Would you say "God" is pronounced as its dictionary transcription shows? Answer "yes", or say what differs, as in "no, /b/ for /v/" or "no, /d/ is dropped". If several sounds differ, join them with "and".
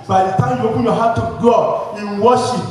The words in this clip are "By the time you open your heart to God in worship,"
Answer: no, /d/ is dropped